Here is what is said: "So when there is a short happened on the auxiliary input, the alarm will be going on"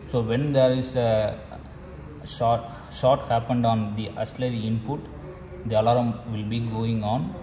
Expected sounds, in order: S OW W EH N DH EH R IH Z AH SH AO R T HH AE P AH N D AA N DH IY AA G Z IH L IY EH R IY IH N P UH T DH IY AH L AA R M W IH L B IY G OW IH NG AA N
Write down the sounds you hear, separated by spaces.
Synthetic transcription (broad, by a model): S OW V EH N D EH R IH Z AH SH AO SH T HH AE P AH N D AA N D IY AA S L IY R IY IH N P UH T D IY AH L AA R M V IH L B IY G OW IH NG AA N